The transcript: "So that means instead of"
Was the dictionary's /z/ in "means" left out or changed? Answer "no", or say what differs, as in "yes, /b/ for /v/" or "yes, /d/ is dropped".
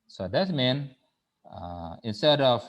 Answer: yes, /z/ is dropped